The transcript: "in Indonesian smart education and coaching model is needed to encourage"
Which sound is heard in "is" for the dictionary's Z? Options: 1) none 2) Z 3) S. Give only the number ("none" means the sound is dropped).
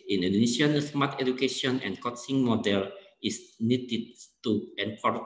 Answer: 3